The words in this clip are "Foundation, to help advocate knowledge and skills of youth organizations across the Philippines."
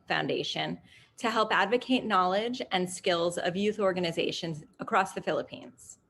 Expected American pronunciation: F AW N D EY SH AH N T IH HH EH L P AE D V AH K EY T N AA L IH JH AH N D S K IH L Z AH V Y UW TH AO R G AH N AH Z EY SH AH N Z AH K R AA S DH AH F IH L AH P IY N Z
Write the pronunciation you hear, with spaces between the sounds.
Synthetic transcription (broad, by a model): F AW N D EY SH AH N T IH HH EH L P AE D V AH K EY T N AA L IH JH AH N S K IH L Z AH V Y UW TH AO R G AH N AH Z EY SH AH N Z AH K R AA S DH AH F IH L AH P IY N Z